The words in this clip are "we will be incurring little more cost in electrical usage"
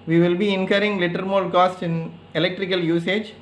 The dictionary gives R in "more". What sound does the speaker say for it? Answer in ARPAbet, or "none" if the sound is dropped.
L